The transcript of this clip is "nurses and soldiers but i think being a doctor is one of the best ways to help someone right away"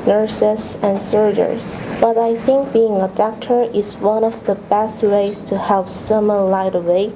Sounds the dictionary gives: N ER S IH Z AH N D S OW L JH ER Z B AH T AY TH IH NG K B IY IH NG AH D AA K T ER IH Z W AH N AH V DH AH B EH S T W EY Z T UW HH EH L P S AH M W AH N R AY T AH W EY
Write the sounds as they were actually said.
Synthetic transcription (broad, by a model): N ER S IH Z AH N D S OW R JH ER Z B AH T AY TH IH NG K B IY IH NG AH D AA K T ER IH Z W AH N AH V DH AH B EH S T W EY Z T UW HH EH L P S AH M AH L AY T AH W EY